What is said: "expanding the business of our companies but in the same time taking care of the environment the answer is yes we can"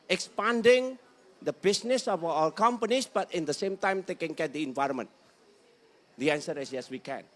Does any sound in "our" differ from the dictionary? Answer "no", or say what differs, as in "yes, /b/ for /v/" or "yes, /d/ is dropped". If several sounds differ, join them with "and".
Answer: yes, /l/ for /ɹ/